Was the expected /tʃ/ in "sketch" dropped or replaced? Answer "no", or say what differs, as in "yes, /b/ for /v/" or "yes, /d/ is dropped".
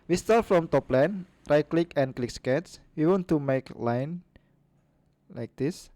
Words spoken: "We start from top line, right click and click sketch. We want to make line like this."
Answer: yes, /s/ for /tʃ/